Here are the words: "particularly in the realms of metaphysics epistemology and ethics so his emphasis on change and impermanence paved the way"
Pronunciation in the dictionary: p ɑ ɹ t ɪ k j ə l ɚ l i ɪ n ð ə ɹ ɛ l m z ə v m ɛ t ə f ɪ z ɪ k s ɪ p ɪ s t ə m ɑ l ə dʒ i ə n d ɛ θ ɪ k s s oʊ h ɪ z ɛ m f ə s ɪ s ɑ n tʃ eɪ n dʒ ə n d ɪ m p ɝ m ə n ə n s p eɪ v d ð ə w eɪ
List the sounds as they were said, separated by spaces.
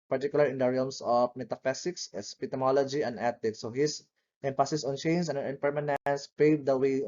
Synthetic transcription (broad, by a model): p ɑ ɹ t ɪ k j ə l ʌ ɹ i ɪ n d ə ɹ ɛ l m s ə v m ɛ t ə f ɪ s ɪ k s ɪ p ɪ t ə m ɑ l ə dʒ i ə n d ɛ t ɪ k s s oʊ h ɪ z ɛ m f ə s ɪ s ɑ n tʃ eɪ n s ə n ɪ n p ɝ m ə n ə n s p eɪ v d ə w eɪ